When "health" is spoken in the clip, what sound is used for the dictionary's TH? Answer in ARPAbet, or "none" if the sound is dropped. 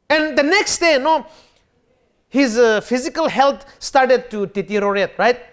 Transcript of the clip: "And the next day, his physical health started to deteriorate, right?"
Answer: T